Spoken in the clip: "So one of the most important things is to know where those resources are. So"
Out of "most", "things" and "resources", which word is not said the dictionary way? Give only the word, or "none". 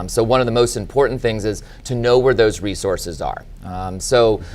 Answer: none